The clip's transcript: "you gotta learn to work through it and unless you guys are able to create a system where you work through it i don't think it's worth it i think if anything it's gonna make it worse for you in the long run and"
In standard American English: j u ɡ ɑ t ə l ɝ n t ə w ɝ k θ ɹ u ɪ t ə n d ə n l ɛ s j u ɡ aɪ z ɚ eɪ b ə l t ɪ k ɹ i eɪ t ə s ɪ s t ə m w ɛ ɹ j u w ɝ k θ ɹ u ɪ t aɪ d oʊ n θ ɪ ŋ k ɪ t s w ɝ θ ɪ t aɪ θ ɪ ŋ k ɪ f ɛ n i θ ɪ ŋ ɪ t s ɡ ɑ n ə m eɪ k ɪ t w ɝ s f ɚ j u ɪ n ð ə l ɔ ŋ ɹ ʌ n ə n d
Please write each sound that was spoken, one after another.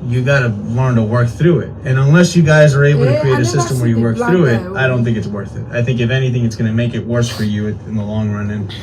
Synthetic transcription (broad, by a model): j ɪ ɡ ɑ t ə l ɝ n t ə w ɝ k θ ɹ u ɪ t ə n ə n l ɛ s j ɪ ɡ aɪ z ɚ eɪ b l t ɪ k ɹ i eɪ t ə s ɪ s t ə m w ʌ ɹ j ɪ w ɝ k θ ɹ u ɪ t aɪ d oʊ n θ ɪ ŋ k ɪ t s w ɝ θ ɪ t aɪ θ ɪ ŋ k ɪ f ɛ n i θ ɪ ŋ ɪ t s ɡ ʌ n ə m eɪ k ɪ t w ɝ s f ɚ j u ɪ n ð ə l ɔ ŋ ɹ ʌ n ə n